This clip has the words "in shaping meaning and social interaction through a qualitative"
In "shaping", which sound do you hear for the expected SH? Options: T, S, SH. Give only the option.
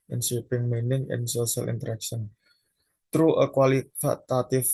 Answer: S